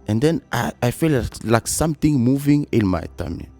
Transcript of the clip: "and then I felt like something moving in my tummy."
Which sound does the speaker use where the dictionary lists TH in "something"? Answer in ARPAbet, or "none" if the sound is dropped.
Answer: T